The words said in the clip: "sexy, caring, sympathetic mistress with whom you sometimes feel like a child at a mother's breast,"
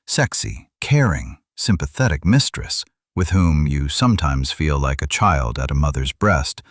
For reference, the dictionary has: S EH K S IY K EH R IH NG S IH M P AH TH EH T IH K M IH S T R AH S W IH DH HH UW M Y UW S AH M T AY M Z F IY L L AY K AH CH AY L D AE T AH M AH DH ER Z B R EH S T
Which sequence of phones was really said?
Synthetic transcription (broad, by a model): S EH K S IY K EH R IH NG S IH M P AH TH EH T IH K M IH S T R AH S W IH DH HH UW M Y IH S AH M T AY M Z F IY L L AY K AH CH AY L D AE T AH M AH DH ER Z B R EH S T